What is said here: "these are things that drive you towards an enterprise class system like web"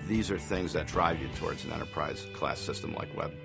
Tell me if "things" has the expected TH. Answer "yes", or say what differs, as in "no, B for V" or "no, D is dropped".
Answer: yes